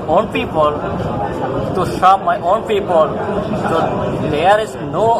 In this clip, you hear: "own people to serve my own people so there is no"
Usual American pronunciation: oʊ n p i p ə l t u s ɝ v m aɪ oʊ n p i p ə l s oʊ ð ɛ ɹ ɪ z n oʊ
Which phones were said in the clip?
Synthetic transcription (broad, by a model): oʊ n p i p ə l t u ʃ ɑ p m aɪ oʊ n p i p ə l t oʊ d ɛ ɹ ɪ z n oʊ